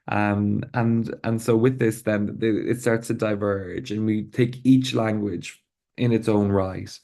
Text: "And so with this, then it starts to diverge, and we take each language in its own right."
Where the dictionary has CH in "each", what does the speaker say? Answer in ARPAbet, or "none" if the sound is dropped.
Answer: CH